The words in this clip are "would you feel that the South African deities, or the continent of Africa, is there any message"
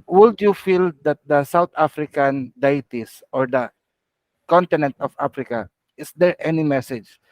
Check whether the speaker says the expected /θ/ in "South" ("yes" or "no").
no